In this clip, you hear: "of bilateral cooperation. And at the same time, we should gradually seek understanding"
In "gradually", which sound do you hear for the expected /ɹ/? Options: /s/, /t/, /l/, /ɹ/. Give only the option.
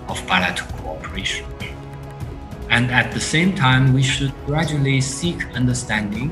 /ɹ/